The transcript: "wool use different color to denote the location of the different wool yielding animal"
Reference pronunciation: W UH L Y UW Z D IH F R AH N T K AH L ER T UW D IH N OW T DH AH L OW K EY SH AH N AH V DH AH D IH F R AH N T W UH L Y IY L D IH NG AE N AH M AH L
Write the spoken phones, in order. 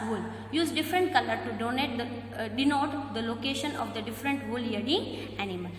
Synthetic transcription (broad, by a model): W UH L Y UW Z D IH F R AH N T K AH L ER T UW D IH N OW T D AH L OW K EY SH AH N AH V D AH D IH F R AH N T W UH L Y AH D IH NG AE N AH M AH L